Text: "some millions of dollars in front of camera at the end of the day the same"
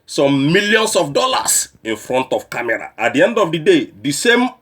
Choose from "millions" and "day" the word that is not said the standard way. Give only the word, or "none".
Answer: millions